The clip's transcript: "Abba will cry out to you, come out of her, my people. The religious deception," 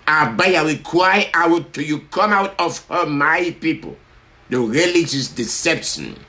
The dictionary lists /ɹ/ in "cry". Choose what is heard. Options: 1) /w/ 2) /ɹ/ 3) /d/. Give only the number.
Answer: 1